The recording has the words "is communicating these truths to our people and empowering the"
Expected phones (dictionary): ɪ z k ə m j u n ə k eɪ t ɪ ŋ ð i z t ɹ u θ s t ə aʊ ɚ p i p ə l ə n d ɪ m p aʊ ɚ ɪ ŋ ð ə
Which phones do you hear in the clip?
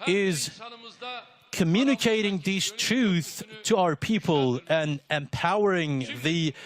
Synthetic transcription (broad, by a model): ɪ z k ə m j u n ə k eɪ t ɪ ŋ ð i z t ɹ u θ t ə aʊ ɚ p i p ə l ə n ɪ m p aʊ ɚ ɪ ŋ ð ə